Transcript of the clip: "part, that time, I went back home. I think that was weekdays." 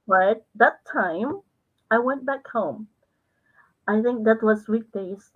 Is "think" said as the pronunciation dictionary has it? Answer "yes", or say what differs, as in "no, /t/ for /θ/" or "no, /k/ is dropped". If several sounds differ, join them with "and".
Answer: yes